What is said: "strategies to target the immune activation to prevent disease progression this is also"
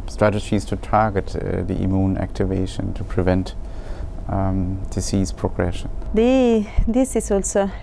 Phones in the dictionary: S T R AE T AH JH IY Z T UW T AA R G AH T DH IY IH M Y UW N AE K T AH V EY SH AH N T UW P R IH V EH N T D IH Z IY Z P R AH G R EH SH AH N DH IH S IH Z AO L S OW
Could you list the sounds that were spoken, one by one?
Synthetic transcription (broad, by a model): S T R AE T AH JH IY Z T UW T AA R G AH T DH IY IH M Y UW N AE K T AH V EY SH AH N T UW P R IH V EH N T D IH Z IY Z P R AH G R EH SH AH N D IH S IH S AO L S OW